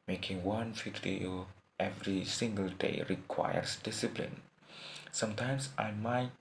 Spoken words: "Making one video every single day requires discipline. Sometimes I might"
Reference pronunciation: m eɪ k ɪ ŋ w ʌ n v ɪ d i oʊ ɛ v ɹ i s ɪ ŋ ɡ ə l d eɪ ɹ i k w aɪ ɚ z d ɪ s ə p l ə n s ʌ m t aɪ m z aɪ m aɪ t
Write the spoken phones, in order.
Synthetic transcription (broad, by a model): m eɪ k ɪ ŋ w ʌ n f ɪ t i ɛ v ɹ i s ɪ ŋ ɡ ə l d eɪ ɹ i k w aɪ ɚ s d ɪ s ə p l ə n s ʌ m t aɪ m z aɪ m aɪ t